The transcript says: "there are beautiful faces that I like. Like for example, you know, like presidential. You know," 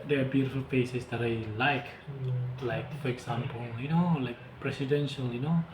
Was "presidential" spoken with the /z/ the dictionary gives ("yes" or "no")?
no